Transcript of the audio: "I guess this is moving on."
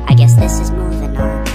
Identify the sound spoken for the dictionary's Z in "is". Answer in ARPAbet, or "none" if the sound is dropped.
Z